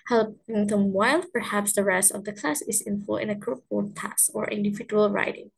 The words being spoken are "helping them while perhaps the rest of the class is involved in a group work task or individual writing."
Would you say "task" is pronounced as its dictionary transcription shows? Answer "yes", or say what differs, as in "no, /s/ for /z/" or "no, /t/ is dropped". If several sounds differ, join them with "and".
no, /k/ is dropped